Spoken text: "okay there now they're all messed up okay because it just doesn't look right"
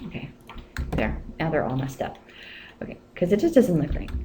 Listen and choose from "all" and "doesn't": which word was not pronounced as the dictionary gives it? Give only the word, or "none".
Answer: none